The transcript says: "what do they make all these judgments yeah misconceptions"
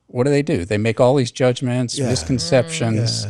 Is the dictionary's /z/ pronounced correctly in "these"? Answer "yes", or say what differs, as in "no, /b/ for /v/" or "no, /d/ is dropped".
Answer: yes